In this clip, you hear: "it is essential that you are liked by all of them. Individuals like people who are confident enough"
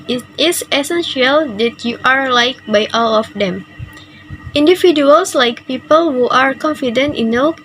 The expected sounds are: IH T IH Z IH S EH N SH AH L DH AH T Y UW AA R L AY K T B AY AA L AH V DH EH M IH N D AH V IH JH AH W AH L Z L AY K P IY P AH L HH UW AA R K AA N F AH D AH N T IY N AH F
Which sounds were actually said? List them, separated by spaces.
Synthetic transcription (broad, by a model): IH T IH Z IH S EH N SH AH L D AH T Y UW AA R L AY K B AY AA L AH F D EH M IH N D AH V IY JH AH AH L S L AY K P IY P AH L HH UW AA R K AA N F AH D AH N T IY N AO